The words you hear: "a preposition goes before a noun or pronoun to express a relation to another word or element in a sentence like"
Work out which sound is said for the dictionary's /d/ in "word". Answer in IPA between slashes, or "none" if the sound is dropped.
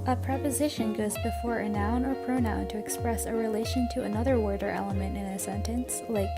/d/